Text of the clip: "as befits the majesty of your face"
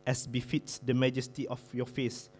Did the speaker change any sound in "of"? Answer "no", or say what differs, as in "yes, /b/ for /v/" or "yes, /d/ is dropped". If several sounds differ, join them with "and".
yes, /f/ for /v/